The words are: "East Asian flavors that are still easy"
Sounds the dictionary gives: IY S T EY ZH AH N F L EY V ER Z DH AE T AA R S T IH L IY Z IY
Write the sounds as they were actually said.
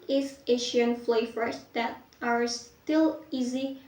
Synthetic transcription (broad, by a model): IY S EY SH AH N F L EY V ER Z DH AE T AA R S T IH L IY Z IY